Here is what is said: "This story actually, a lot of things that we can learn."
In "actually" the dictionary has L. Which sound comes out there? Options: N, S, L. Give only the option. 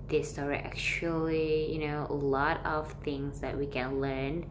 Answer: N